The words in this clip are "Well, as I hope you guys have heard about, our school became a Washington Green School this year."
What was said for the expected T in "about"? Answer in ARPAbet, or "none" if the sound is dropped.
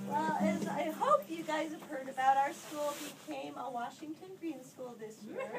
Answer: T